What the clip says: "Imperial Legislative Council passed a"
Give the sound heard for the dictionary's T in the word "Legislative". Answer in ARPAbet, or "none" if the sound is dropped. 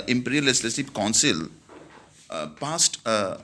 S